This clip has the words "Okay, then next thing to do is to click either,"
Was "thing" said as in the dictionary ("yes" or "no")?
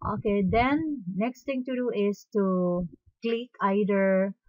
no